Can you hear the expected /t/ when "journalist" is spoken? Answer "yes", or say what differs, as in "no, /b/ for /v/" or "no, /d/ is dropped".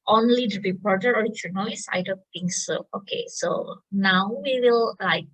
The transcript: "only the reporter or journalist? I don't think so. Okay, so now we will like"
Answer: no, /t/ is dropped